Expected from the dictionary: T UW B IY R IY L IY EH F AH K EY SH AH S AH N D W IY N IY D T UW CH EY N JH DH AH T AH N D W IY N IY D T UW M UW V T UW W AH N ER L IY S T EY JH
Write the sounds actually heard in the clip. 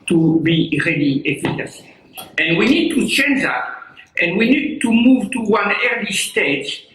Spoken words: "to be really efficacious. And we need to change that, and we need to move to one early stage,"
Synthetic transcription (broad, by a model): T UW B IY R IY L IY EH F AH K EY S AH AH N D W IY N IY D T UW CH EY N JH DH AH T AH N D W IY N IY D T UW M UW V T UW W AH N ER L IY S T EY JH